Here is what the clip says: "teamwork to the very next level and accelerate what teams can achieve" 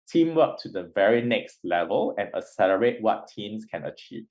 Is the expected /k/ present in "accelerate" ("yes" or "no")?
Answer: no